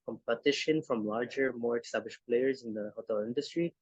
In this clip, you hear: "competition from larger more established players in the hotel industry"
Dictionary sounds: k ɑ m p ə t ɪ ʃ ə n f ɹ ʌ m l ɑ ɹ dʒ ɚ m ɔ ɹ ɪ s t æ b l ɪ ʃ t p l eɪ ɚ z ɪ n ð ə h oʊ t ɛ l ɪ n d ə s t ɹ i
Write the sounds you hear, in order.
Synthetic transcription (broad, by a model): k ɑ m p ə t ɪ ʃ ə n f ɹ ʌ m l ɑ ɹ dʒ ɚ m ɔ ɹ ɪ s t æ b l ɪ ʃ p l eɪ ɚ z ɪ n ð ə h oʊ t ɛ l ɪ n d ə s t ɹ i